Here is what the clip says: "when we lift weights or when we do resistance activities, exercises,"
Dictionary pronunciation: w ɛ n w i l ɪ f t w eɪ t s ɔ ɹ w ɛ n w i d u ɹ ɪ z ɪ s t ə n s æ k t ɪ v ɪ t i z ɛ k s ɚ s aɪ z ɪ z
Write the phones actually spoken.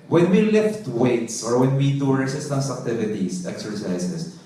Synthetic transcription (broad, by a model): w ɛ n w i l ɪ f t w eɪ t s ɔ ɹ w ɛ n w i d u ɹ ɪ s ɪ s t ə s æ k t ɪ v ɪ t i s ɛ k s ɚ s aɪ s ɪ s